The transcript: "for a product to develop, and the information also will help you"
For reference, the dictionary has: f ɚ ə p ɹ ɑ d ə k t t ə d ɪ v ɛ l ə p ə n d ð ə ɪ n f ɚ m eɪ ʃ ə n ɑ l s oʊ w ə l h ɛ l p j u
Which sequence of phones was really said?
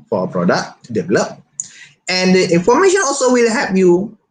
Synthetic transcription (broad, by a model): f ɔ ə p ɹ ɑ d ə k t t d ɪ v ɛ l ə p ə n d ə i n f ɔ m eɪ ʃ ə n ɑ l s oʊ w ə l h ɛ p j u